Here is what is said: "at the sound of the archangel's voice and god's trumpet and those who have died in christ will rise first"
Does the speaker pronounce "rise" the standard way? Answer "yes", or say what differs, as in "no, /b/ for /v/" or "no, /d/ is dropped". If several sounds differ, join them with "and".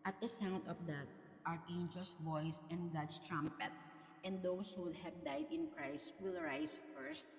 no, /s/ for /z/